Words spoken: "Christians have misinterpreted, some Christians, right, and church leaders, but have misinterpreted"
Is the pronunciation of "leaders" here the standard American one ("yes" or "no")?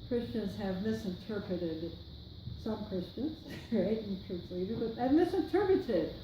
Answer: no